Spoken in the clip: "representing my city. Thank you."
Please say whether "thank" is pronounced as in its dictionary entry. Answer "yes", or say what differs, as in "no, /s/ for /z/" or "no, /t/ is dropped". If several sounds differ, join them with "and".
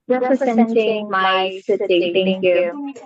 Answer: no, /t/ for /θ/